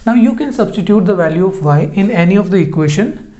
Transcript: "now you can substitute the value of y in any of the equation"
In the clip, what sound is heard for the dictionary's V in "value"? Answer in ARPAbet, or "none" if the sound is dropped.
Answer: V